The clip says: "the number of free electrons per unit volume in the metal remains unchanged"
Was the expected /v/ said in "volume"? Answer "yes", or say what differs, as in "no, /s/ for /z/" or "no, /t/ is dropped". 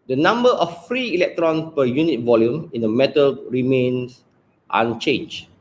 yes